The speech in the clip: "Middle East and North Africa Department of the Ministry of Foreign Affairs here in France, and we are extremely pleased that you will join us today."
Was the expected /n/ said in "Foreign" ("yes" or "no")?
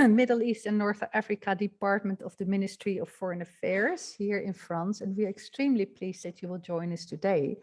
yes